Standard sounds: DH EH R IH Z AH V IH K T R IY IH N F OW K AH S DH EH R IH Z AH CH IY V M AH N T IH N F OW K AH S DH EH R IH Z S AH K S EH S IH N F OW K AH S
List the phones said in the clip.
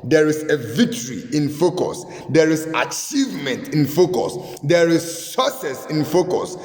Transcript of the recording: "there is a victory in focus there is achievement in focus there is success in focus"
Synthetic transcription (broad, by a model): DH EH R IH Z AH V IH K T R IY IH N F OW K AH S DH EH R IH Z AH CH IY V M AH N T IH N F OW K AH S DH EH R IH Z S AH S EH S IH N F OW K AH S